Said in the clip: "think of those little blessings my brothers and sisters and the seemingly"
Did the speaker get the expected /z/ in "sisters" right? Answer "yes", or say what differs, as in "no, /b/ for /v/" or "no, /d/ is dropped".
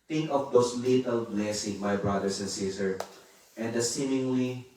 no, /z/ is dropped